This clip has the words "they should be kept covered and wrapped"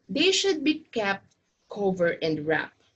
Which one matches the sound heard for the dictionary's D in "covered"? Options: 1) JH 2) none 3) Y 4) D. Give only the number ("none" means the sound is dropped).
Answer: 2